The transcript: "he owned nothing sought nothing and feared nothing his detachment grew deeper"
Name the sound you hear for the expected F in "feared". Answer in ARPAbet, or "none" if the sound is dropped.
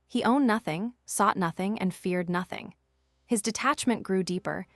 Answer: F